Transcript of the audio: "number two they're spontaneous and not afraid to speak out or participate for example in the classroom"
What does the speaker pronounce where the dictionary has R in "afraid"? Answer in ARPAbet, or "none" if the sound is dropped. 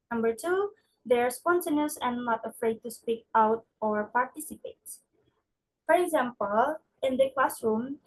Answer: R